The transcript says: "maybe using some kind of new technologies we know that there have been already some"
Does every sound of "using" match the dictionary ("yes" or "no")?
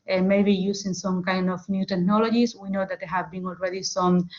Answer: no